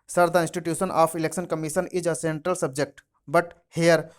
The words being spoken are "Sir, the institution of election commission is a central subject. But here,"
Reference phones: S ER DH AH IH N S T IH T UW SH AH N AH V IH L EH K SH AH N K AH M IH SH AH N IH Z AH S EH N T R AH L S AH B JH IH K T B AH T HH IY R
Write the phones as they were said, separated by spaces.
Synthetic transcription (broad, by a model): S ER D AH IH N S T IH T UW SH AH N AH P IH L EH K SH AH N K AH M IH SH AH N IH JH AH S EH N T R AH L S AH B JH IH K T B AH T HH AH R